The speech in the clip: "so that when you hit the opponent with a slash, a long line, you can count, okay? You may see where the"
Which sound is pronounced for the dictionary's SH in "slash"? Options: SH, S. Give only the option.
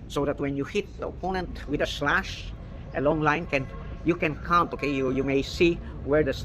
SH